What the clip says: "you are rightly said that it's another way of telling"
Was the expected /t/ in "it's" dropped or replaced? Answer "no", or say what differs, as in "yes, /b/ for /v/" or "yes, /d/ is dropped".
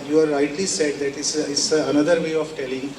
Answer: yes, /s/ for /t/